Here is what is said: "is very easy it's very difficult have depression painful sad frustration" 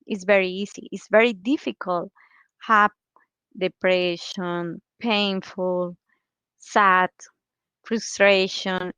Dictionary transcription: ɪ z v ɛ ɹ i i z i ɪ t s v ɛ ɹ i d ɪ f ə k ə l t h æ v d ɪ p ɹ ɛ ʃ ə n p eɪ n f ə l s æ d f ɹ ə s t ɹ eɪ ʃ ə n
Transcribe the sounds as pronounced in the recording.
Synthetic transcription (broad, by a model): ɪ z v ɛ ɹ i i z i ɪ t s v ɛ ɹ i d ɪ f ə k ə l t h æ p d ɪ p ɹ ɛ ʃ ə n p eɪ n f ə l s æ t f ɹ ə s t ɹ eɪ ʃ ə n